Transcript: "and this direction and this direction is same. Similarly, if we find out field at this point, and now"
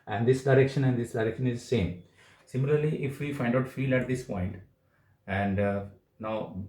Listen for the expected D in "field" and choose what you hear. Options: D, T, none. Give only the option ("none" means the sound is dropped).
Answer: none